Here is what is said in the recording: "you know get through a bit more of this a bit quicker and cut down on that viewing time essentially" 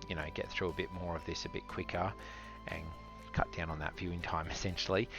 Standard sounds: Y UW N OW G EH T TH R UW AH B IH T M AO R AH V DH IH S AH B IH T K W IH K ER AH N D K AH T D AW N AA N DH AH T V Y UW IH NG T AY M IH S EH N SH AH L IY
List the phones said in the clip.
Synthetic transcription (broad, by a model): Y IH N OW G EH T TH R UW AH B IH T M AO R AH V DH IH S AH B IH T K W IH K ER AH N K AH T D AW N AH N DH AH T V Y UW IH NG T AY M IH S EH N SH L IY